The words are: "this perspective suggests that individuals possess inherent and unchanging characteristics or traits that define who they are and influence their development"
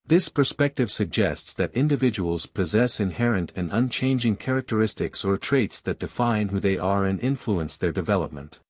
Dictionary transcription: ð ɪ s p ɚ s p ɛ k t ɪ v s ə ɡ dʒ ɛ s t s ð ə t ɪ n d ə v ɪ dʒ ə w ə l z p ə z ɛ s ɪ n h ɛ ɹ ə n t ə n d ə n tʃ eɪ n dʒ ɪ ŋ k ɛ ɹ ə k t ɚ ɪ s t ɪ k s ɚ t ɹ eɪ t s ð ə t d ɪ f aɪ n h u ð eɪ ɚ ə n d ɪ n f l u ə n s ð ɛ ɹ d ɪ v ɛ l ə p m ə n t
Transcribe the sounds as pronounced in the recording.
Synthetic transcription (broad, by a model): ð ɪ s p ɚ s p ɛ k t ɪ v s ə ɡ dʒ ɛ s t s ð ə t ɪ n d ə v ɪ dʒ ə w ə l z p ə z ɛ s ɪ n h ɛ ɹ ə n t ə n ə n tʃ eɪ n dʒ ɪ ŋ k ɛ ɹ ə k t ɚ ɪ s t ɪ k s ɚ t ɹ eɪ t s ð ə t d ɪ f aɪ n h u ð eɪ ɚ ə n ɪ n f l u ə n s ð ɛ ɹ d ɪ v ɛ l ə p m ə n t